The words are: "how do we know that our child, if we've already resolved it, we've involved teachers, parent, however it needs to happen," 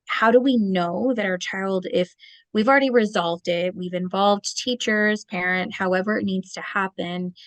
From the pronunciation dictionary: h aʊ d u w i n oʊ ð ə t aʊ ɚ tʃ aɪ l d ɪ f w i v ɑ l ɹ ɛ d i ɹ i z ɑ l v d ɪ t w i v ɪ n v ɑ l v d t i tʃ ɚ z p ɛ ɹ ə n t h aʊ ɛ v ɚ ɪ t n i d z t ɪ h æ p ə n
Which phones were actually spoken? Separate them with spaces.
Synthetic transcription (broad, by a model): h aʊ d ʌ w i n oʊ ð ə t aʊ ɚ tʃ aɪ l d ɪ f w i v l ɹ ɛ d i ɹ i z ɑ l v d ɪ t w i v ɪ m v ɑ l v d t i tʃ ɚ z p ɛ ɹ ə n t h aʊ ɛ v ɚ ɪ t n i d z t ɪ h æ p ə n